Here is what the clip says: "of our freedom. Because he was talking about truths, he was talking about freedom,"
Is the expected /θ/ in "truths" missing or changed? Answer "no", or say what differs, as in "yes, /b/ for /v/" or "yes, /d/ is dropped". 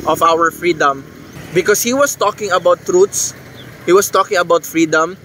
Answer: yes, /t/ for /θ/